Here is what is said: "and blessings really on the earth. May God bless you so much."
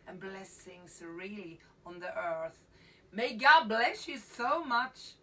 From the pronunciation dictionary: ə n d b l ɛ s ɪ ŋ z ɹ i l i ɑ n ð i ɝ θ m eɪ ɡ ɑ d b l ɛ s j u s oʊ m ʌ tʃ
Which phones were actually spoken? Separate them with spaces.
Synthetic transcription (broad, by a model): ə n b l ɛ s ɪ ŋ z ɹ i l i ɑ n ð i ɝ θ m eɪ ɡ ɑ d b l ɛ s j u s oʊ m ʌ tʃ